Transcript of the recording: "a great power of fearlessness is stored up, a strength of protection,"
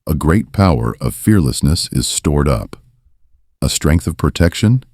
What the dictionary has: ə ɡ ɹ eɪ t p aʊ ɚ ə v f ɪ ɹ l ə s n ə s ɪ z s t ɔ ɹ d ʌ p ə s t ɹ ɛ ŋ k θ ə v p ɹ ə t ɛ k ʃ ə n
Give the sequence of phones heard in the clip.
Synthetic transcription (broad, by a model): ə ɡ ɹ eɪ t p aʊ ɚ ə v f ɪ ɹ l ə s n ə s ɪ z s t ɔ ɹ d ʌ p ə s t ɹ ɛ ŋ k θ ə v p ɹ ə t ɛ k ʃ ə n